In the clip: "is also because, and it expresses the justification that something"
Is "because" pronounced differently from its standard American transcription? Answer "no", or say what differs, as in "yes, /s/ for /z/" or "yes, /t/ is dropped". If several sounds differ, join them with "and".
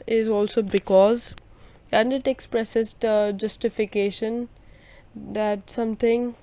no